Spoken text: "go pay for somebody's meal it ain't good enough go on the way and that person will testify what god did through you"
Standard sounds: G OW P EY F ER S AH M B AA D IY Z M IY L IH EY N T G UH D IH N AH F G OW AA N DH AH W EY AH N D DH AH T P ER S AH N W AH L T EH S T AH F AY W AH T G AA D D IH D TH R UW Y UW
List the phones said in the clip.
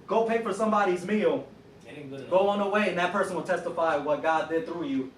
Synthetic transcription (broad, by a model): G OW P EY F ER S AH M B AA D IY Z M IY L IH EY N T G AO IH AH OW N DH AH W EY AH N DH AH T P ER S AH N W AH L T EH S T AH F AY W AH T G AA D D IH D TH R UW Y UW